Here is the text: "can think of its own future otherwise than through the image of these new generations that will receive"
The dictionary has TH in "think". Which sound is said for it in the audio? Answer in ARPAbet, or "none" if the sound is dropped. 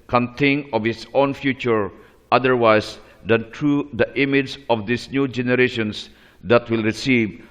T